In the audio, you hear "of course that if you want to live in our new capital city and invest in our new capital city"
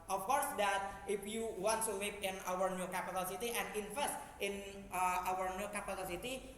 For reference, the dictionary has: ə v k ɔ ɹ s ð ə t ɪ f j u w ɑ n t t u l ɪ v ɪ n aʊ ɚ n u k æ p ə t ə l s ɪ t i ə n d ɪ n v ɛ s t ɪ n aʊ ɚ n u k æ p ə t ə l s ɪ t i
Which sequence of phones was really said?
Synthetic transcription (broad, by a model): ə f k ɔ ɹ s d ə t ɪ f j u w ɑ n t t u w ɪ p ɪ n aʊ ɚ n u k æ p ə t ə l s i t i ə n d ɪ n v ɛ s t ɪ n aʊ ɚ n u k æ p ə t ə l s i t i